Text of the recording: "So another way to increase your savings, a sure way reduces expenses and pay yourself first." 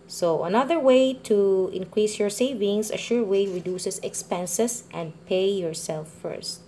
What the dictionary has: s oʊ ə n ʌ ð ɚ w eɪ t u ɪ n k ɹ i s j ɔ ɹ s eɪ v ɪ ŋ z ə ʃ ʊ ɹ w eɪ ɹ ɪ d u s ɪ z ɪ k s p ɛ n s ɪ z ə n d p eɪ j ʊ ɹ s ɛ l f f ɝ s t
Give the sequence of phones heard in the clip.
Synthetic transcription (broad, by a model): s oʊ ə n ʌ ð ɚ w eɪ t u ɪ n k ɹ i s j ɔ ɹ s eɪ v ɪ ŋ s ə ʃ ʊ ɹ w eɪ ɹ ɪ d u s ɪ s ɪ k s p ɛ n s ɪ s ə n d p eɪ j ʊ ɹ s ɛ l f f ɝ s t